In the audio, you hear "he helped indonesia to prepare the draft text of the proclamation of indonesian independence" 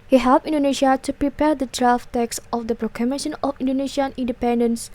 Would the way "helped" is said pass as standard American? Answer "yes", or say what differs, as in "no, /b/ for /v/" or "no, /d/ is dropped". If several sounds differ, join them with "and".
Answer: no, /t/ is dropped